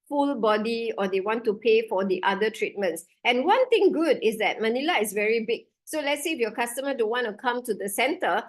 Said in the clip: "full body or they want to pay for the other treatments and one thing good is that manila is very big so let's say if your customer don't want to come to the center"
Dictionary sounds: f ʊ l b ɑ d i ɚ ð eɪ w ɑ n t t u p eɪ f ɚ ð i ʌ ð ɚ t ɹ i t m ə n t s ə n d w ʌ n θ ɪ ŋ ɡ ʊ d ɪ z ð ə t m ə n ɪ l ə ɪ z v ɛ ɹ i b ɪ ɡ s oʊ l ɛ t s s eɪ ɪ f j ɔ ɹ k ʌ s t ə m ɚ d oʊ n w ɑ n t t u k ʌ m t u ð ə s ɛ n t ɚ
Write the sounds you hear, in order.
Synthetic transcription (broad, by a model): f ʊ l b ɑ d i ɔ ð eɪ w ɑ n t t u p eɪ f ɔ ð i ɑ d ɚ t ɹ i t m ə n t s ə n w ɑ n t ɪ ŋ ɡ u d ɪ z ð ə t m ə n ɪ l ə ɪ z v ɛ ɹ i b ɪ ɡ s oʊ l ɛ t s s eɪ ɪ f j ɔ k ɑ s t ə m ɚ d oʊ n w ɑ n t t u k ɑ m t u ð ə s ɛ n t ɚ